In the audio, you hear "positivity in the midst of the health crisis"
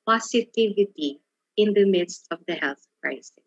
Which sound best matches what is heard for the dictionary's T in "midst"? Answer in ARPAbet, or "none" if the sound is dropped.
T